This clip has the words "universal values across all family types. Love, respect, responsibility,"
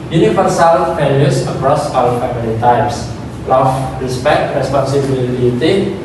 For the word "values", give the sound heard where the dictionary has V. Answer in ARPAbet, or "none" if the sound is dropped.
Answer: P